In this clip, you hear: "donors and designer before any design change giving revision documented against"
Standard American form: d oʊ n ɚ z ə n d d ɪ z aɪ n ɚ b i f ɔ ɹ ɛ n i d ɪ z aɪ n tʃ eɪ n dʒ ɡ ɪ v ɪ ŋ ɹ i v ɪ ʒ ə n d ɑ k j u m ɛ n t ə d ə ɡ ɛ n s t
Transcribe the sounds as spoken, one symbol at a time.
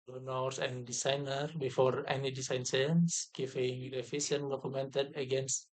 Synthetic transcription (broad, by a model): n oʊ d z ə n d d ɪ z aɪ n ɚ b i f ɔ ɹ ɛ n i d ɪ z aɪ n s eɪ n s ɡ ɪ f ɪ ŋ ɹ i f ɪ s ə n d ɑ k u m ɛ n t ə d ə ɡ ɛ n s t